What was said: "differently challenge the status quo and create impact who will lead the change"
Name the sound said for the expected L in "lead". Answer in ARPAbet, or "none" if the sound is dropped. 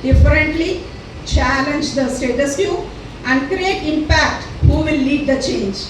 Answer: L